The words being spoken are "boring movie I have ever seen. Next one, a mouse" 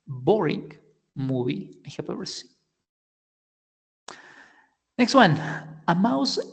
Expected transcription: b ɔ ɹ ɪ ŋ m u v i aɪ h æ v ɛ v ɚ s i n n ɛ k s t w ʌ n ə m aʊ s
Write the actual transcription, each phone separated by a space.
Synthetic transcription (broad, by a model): b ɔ ɹ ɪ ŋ m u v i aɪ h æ p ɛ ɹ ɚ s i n n ɛ k s t w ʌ n ə m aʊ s